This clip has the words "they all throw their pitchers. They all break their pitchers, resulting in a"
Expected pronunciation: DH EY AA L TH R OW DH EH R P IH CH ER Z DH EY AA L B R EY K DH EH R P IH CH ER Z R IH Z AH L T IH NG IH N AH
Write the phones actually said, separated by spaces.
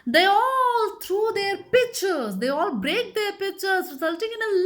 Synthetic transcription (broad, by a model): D EY AA L T R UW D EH R P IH CH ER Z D EY AA L B R EY K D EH R P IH CH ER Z R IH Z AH L T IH NG IH N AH